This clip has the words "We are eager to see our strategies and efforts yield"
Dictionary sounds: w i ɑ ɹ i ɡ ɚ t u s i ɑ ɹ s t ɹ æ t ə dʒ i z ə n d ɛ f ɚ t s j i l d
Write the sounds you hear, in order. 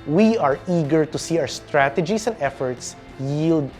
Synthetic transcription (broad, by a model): w i ɑ ɹ i ɡ ɚ t u s i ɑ w s t ɹ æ t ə dʒ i s ə n d ɛ f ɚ t s j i l d